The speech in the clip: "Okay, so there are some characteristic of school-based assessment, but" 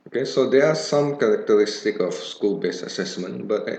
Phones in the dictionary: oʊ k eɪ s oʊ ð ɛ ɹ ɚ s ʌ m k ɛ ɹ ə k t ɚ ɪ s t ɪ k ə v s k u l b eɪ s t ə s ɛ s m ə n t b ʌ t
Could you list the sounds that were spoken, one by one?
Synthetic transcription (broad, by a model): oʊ k eɪ s oʊ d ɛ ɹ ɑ s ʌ m k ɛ ɹ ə k t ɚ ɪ s t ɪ k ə f s k u l b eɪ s ə s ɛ s m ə n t b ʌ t